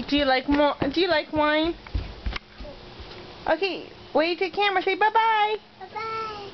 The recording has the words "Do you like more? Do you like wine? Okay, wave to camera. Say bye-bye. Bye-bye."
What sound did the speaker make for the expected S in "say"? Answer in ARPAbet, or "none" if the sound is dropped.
SH